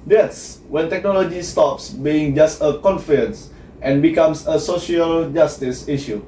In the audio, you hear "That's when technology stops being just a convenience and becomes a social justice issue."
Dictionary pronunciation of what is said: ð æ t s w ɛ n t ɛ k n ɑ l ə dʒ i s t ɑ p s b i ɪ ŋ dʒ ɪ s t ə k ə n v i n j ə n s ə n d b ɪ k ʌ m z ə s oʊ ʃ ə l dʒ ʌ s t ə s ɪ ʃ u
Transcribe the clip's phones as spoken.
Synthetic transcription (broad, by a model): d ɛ t s w ɛ n t ɛ k n ɑ l ə dʒ i s t ɑ p s b i ɪ ŋ dʒ ɪ s t ə k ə n f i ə n s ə n b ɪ k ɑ m s ə s oʊ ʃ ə l dʒ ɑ s t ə s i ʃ u